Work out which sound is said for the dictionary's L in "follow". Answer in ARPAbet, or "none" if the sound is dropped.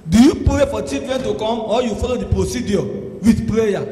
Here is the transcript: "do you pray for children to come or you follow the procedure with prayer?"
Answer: L